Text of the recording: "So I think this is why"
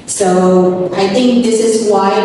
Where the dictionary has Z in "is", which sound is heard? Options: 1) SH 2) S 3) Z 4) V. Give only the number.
3